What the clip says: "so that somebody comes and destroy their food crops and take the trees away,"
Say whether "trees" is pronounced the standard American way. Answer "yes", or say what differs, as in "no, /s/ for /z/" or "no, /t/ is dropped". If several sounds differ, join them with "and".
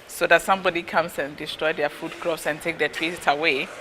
no, /w/ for /ɹ/